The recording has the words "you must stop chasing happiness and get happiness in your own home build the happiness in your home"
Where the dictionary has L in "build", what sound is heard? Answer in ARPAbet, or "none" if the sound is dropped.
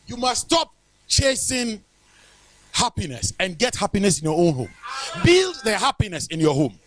L